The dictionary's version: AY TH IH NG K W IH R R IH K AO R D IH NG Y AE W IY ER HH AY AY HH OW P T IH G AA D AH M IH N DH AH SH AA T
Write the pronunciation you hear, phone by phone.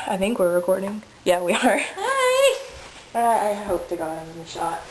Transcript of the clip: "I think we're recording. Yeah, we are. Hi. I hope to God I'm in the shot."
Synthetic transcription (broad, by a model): AY TH IH NG K W IH R R IH K AO R D IH NG Y AE W IY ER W AY AY HH OW P T IH G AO AH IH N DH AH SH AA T